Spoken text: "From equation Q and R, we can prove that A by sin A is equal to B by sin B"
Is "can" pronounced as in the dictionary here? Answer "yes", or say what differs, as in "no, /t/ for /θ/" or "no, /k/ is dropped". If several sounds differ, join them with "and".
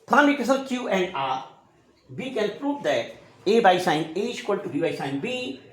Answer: no, /l/ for /n/